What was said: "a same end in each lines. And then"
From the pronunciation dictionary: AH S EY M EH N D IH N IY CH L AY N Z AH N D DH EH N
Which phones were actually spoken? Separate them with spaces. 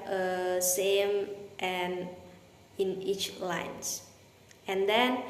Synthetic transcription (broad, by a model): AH S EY M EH N IH N IY CH L AY N S AH N D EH N